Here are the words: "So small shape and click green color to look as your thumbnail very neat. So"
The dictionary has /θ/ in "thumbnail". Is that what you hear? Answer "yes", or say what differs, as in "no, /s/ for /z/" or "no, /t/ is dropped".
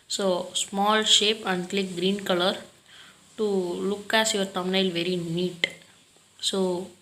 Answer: no, /t/ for /θ/